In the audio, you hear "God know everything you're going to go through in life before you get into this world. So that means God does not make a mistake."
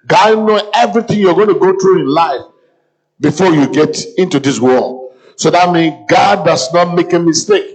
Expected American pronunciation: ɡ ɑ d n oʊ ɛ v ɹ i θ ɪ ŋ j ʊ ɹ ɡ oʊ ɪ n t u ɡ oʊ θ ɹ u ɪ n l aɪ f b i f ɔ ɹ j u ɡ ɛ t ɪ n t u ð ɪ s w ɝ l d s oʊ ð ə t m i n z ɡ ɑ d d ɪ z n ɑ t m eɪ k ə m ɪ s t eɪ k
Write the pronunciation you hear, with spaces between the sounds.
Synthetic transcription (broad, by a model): ɡ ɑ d n oʊ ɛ v ɹ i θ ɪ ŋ j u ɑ ɡ oʊ ɪ n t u ɡ oʊ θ ɹ u ɪ n l aɪ f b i f ɔ j u ɡ ɛ t ɪ n t u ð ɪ s w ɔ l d s oʊ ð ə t m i n ɡ ɑ d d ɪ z n ɑ t m eɪ k ə m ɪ s t eɪ k